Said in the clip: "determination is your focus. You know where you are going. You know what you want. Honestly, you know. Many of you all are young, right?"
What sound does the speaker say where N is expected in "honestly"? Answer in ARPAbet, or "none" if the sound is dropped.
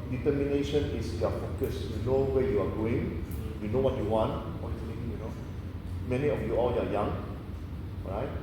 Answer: none